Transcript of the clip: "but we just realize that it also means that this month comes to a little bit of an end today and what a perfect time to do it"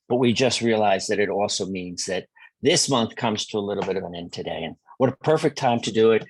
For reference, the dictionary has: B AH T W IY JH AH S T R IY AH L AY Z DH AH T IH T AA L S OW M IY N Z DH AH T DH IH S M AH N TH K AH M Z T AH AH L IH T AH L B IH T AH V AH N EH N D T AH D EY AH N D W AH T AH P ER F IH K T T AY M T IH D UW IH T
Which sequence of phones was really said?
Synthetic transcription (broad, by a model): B AH T W IY JH AH S T R IY AH L AY Z DH AH T IH T AA L S OW M IY N Z DH AH T DH IH S M AH N TH K AH M Z T AH AH L IH T L B IH T AH V AH N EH N T AH D EY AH N W AH T AH P ER F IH K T T AY M T IH D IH IH T